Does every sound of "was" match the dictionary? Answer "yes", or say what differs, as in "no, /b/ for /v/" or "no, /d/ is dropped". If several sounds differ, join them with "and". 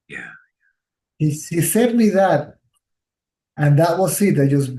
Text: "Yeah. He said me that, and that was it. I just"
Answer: no, /s/ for /z/